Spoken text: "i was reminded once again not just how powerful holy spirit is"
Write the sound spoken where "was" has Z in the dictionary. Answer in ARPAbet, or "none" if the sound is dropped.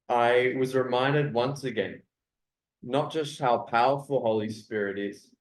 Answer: Z